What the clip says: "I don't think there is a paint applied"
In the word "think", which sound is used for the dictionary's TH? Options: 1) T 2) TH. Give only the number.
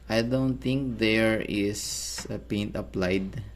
1